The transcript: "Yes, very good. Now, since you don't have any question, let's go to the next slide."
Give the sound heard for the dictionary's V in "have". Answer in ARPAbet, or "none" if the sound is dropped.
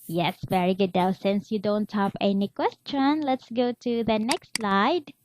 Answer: P